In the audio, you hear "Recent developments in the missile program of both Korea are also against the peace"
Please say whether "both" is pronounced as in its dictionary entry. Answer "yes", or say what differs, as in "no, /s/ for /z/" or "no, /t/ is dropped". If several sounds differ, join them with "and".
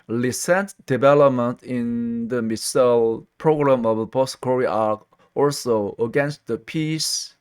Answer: no, /t/ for /θ/